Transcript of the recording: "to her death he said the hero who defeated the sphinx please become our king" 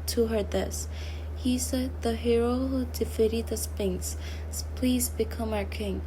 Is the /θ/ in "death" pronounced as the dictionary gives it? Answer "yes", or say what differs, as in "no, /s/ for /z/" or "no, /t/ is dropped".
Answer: no, /s/ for /θ/